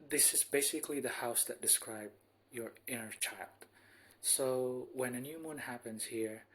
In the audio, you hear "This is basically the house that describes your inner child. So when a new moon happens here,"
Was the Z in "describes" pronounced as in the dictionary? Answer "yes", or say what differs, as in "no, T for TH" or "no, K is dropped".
no, Z is dropped